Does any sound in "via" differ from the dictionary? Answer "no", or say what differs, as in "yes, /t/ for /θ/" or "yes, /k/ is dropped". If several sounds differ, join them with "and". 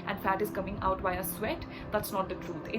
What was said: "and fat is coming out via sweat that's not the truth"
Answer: yes, /b/ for /v/